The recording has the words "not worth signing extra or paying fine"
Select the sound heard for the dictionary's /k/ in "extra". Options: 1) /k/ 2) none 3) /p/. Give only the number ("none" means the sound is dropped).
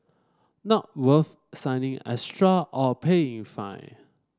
2